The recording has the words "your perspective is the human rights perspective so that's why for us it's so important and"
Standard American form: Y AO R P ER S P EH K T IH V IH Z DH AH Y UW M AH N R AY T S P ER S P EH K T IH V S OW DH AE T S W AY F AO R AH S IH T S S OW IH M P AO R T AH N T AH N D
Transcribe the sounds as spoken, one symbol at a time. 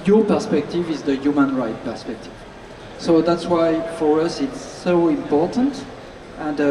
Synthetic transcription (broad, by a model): Y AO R P ER S P EH K T IH V IH Z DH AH Y UW M AH N R AY T P ER S P EH K T IH V S OW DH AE T S W AY F AO R AH S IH T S S OW IH M P AO R T AH N T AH N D